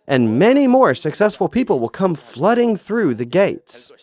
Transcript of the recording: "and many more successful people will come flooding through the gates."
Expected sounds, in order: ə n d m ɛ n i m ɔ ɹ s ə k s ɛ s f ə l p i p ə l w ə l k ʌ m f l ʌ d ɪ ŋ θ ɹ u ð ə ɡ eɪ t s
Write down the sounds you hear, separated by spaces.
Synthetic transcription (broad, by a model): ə n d m ɛ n i m ɔ ɹ s ə k s ɛ s f ə l p i p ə l w ə l k ʌ m f l ʌ d ɪ ŋ θ ɹ u ð ə ɡ eɪ t s